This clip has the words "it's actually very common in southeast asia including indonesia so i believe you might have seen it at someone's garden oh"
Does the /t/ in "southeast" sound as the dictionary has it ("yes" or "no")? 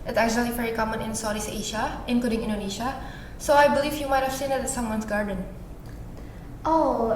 no